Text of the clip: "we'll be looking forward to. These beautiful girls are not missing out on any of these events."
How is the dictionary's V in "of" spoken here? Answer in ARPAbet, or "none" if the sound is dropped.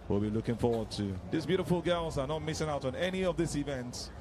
V